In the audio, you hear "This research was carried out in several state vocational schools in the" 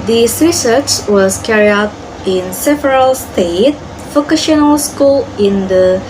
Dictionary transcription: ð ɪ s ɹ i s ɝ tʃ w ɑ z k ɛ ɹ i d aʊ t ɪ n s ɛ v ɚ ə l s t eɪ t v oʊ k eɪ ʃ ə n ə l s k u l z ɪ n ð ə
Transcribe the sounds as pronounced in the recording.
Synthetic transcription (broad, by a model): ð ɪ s ɹ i s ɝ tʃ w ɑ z k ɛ ɹ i aʊ t ɪ n s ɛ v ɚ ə l s t eɪ t f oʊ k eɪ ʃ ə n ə l s k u l ɪ n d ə